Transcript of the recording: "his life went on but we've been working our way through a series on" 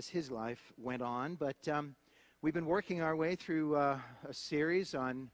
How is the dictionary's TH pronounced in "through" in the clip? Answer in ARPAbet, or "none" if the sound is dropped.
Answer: TH